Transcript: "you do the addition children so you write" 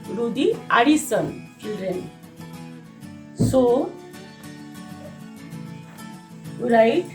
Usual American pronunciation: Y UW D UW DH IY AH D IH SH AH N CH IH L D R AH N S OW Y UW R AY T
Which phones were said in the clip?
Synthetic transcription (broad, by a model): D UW D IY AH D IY S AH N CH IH L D R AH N S OW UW R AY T